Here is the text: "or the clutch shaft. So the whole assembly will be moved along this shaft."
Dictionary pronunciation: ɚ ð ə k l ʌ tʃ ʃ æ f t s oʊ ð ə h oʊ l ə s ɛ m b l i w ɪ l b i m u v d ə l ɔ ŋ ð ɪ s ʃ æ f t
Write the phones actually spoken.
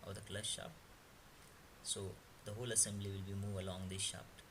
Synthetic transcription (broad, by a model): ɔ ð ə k l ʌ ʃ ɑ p s oʊ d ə h oʊ l ə s ɛ m b l i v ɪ l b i m u v ə l ɔ ŋ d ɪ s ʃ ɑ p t